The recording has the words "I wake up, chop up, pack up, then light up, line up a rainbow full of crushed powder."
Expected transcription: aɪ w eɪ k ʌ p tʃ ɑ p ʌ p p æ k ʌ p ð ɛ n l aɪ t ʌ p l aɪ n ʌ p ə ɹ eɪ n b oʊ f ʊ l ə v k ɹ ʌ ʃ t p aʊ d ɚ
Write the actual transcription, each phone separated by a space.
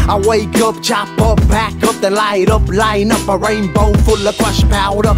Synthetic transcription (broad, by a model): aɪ w eɪ k ʌ p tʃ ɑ p ʌ p b æ k ʌ p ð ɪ n l aɪ t ʌ p l aɪ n ʌ p ə ɹ eɪ n b oʊ f ʊ l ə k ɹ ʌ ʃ p aʊ d ɚ